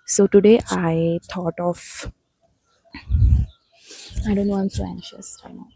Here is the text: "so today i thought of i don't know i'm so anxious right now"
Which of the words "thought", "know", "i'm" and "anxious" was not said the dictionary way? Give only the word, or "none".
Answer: thought